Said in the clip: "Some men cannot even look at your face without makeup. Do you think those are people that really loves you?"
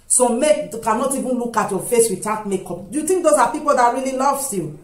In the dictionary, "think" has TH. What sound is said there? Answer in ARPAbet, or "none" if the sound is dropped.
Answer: T